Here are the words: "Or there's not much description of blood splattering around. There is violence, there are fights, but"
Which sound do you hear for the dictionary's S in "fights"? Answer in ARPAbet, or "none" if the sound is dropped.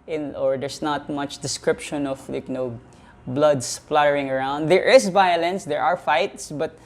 S